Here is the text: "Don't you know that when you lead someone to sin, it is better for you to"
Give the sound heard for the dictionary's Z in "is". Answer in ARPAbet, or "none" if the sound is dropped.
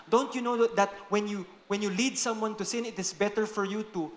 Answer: S